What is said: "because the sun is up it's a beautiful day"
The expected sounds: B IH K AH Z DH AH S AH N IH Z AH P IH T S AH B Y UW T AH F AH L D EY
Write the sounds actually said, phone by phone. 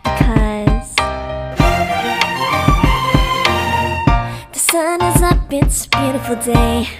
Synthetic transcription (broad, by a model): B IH K AH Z DH AH S AH N IH Z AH B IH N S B Y UW T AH F L D EY